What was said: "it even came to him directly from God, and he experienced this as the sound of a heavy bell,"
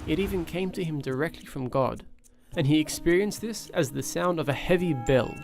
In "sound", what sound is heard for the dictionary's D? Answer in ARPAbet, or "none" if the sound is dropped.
D